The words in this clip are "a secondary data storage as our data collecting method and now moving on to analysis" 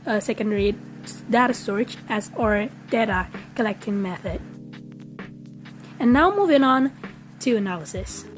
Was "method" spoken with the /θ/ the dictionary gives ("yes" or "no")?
yes